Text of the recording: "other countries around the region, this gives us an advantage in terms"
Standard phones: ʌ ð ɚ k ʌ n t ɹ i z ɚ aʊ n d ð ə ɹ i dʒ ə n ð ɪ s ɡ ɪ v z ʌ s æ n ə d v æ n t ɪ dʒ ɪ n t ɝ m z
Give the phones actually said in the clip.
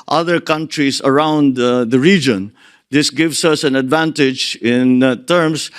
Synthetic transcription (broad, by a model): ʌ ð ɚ k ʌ n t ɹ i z ɚ aʊ n d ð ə ɹ i dʒ ə n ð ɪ s ɡ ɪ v s ʌ s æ n ə d v æ n t ɪ dʒ ɪ n t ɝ m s